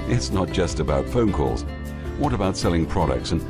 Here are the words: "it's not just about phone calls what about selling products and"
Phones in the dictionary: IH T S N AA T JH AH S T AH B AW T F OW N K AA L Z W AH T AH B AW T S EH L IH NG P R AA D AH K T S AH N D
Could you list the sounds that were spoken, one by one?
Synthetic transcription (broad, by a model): IH T S N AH T JH AH S T AH B AW T F OW N K AA L Z W AH T AH B AW T S EH L IH NG P R AA D AH K T S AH N